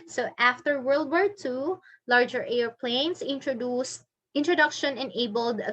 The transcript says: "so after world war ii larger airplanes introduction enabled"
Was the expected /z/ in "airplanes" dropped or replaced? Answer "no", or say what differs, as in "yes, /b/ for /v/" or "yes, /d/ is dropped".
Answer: yes, /s/ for /z/